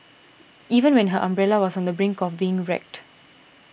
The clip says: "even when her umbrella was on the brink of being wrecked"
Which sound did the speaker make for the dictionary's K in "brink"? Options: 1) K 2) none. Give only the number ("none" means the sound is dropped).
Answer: 1